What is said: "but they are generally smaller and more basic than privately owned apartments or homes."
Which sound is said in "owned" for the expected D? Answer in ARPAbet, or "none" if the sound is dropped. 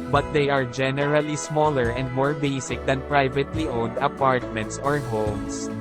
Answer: D